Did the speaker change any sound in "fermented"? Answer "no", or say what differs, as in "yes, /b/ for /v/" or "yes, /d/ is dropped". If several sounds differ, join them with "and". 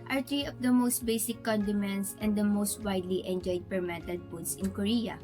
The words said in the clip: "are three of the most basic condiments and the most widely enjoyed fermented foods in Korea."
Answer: yes, /p/ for /f/